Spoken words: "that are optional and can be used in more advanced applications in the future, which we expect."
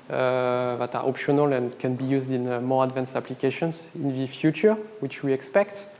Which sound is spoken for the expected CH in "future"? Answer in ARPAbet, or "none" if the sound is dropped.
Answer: CH